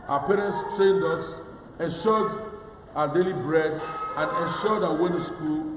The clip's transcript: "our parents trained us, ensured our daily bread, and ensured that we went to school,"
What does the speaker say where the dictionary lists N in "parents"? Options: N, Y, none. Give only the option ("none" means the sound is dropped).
N